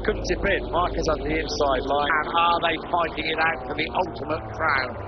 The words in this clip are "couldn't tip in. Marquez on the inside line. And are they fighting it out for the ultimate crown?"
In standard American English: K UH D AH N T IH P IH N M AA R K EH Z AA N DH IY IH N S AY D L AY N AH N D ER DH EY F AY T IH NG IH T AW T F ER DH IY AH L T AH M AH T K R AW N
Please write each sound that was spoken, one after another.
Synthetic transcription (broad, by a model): K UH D N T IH B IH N M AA R K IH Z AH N DH IY IH N S AY D L AY N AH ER DH EY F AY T IH NG IH T AW T F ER DH IY AH L T AH M AH T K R AW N